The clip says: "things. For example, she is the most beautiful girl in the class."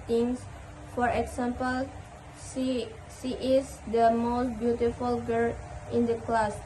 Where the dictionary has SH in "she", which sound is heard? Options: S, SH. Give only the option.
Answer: S